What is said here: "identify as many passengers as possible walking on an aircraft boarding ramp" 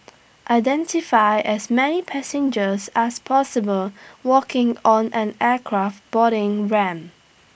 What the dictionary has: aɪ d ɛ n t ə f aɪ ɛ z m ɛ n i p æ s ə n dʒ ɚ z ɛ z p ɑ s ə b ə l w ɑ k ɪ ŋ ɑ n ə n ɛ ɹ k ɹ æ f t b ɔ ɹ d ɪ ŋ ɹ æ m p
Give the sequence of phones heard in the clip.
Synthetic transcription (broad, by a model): aɪ d ɛ n t ə f aɪ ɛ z m ɛ n i p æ s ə n dʒ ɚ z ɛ s p ɑ s ə b ə l w ɑ k ɪ ŋ ɑ n ə n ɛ k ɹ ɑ f t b ɔ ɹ d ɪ ŋ ɹ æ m